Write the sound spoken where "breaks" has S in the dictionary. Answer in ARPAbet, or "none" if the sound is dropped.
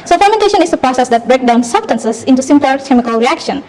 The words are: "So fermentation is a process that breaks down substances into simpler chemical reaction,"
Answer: none